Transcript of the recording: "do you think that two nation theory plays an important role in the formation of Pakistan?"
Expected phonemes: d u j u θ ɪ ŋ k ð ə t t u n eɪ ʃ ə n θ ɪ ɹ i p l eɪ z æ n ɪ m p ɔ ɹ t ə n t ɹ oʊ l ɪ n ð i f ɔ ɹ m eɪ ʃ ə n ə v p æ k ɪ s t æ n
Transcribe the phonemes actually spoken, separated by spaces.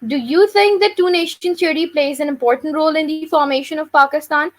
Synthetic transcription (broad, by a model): d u j u t ɪ ŋ k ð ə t t u n eɪ ʃ ə n s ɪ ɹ i p l eɪ z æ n ɪ m p ɔ ɹ t ə n t ɹ oʊ l ɪ n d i f ɔ ɹ m eɪ ʃ ə n ə v p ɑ k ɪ s t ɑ n